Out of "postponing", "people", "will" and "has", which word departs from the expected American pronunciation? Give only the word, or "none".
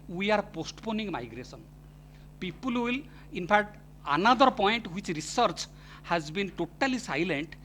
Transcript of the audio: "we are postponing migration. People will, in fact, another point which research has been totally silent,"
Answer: none